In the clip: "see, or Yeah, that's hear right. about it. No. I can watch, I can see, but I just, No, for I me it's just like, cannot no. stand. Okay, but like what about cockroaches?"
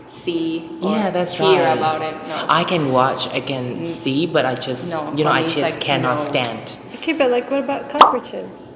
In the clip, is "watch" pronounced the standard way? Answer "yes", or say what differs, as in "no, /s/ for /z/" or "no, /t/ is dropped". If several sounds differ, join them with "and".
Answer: yes